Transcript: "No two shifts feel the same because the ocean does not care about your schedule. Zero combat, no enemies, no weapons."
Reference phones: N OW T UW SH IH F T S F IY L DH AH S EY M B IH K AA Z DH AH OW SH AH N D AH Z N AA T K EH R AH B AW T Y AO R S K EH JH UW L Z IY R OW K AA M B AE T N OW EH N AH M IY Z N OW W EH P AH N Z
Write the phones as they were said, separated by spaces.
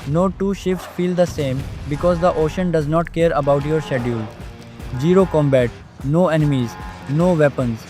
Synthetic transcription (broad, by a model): N OW T UW SH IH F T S F IY L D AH S EY M B IH K AA Z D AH OW SH AH N D AH Z N AA T K EH R AH B AW T Y AO R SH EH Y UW L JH IY R OW K AA M B AE T N OW EH N AH M IY Z N OW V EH P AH N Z